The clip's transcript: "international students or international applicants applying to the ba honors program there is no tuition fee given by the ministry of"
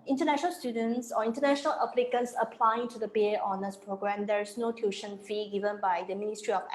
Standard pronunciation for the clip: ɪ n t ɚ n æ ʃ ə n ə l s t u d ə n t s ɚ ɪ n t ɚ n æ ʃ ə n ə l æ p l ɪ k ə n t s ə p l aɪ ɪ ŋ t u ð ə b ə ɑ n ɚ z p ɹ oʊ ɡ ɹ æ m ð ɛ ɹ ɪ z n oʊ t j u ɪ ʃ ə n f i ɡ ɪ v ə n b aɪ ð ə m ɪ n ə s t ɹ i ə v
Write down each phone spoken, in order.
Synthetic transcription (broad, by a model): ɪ n t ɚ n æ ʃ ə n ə l s t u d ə n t s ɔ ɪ n t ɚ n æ ʃ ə n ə l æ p l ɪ k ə n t s ə p l aɪ ɪ ŋ t u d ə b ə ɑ n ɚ s p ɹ oʊ ɡ ɹ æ m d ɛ ɹ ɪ s n oʊ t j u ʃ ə n f i ɡ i v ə n b aɪ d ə m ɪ n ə s t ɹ i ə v